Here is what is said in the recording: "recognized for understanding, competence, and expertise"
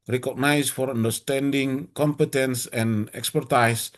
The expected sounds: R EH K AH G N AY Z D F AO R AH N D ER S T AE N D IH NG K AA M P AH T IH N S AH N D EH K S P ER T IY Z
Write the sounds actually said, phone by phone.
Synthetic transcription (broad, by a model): R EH K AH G N AY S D F AO R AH N D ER S T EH N D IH NG K AA M P AH T IH N S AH N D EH K S P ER T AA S